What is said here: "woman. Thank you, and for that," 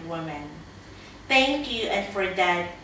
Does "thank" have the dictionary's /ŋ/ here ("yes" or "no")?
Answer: yes